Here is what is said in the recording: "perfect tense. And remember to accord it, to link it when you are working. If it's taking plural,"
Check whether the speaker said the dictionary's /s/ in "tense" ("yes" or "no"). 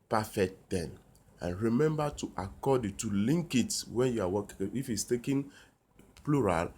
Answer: no